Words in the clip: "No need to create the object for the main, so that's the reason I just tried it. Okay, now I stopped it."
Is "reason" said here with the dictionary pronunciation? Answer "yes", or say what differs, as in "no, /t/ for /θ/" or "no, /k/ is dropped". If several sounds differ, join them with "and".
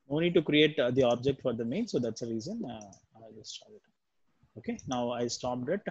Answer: yes